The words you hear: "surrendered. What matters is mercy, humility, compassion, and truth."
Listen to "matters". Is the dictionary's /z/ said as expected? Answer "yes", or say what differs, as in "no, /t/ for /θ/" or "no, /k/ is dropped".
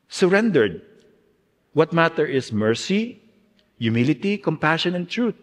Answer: no, /z/ is dropped